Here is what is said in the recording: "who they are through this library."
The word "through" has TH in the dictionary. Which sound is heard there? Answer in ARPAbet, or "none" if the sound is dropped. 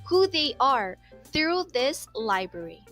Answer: TH